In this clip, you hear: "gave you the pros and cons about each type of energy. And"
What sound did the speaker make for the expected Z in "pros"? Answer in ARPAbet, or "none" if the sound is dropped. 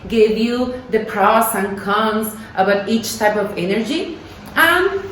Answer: S